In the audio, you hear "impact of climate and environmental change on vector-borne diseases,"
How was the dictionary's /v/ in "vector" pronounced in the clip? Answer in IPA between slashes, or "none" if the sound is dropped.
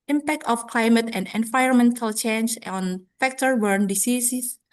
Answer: /f/